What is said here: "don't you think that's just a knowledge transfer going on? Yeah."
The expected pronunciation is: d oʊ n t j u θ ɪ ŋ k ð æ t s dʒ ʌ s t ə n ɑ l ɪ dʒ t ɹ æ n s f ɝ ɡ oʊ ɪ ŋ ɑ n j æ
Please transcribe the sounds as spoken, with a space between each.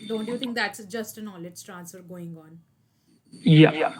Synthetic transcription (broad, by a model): d oʊ n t j u t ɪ ŋ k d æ t s dʒ ʌ s t ə n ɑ l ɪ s t ɹ æ n s f ɝ ɡ oʊ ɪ ŋ ɑ n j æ